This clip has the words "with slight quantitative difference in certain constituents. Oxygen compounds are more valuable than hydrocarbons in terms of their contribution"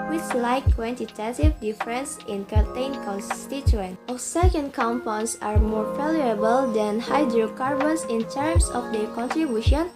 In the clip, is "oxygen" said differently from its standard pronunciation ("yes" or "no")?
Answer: yes